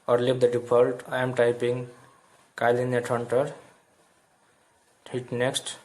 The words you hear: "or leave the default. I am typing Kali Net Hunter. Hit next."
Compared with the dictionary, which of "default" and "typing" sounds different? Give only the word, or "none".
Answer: default